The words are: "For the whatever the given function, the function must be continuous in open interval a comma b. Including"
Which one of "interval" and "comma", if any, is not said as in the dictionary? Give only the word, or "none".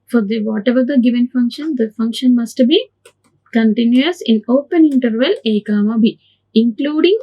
none